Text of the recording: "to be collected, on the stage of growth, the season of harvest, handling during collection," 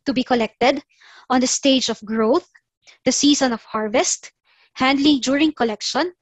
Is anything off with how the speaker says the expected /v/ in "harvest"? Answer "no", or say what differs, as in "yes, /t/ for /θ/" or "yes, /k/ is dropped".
no